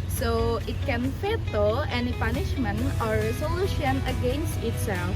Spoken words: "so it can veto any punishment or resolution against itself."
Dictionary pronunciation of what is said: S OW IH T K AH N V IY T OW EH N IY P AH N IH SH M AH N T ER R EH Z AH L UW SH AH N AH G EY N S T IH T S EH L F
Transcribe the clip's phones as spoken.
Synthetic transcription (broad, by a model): S OW IH T K AH N F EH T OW EH N IY P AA N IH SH M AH N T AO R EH S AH L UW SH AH N AH G EY N S T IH T S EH L F